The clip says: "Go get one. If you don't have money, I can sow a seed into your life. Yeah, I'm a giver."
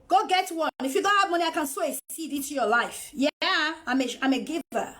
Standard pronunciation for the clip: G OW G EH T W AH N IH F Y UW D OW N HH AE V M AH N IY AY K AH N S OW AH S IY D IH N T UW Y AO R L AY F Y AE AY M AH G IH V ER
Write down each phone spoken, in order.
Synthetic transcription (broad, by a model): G OW G EH T W AH N IH F Y UW D OW N HH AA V M AH N IY AY K AH N S OW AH S IY D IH T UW Y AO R L AY F Y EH AY M AH G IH V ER